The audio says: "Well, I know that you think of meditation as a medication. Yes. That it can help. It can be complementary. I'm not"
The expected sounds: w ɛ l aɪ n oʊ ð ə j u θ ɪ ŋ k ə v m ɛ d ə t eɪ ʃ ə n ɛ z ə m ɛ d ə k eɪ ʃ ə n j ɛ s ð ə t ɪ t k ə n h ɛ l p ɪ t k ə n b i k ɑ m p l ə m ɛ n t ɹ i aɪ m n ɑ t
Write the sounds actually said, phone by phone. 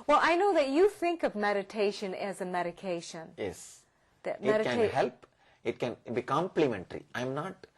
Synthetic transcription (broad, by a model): w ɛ l aɪ n oʊ ð ə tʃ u θ ɪ ŋ k ə v m ɛ d ə t eɪ ʃ ə n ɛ z ə m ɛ d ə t eɪ ʃ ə n j ɛ s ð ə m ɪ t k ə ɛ h ɛ l p ɪ t k ə n b i k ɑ m p l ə m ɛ n t ɹ i aɪ m n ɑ t